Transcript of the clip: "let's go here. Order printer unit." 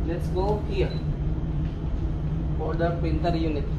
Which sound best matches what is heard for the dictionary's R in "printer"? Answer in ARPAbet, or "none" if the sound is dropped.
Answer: none